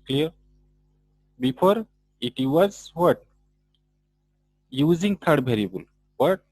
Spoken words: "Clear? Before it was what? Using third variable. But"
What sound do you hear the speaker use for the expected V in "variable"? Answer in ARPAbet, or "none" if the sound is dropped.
B